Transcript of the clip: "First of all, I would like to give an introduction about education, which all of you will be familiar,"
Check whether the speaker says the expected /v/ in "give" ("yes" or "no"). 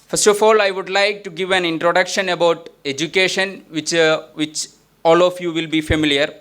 yes